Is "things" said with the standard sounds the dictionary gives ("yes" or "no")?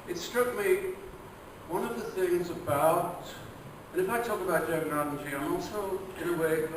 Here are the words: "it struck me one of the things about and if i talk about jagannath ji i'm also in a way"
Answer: yes